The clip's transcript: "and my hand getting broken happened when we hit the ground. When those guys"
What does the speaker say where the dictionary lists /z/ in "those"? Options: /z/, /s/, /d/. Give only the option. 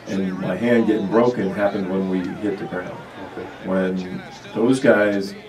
/z/